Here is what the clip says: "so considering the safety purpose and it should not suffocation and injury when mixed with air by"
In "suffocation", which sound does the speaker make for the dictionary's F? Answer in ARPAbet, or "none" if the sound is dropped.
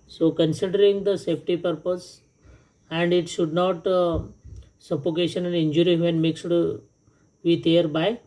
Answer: P